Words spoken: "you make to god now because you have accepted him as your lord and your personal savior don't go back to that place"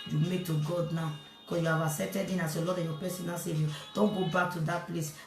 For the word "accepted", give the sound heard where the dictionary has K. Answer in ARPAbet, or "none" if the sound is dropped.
none